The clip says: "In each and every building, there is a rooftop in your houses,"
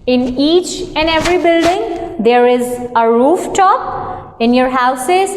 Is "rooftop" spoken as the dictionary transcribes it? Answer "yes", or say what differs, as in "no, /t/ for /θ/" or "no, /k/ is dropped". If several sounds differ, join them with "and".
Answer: yes